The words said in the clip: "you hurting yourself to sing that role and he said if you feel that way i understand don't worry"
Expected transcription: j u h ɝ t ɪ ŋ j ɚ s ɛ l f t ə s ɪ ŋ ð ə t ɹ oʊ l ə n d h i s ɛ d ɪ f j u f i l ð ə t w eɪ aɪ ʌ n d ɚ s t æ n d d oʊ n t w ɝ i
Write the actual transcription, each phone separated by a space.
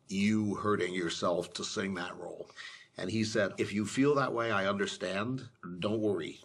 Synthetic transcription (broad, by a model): j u h ɝ t ɪ ŋ j ɚ s ɛ l f t ə s ɪ ŋ ð ə t ɹ oʊ l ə n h i s ɛ d ɪ f j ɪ f i l ð ə t w eɪ aɪ ʌ n d ɚ s t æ n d d oʊ n t w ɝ i